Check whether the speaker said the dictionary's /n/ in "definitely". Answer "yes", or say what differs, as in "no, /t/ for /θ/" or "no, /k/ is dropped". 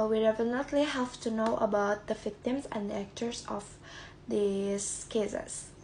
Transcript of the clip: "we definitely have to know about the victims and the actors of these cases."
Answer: no, /l/ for /n/